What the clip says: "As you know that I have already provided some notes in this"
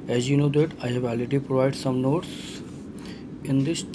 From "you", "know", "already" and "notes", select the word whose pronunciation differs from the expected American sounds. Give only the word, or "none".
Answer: already